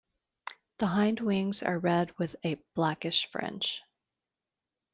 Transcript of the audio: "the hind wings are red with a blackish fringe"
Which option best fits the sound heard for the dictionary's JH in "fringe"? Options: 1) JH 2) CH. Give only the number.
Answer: 2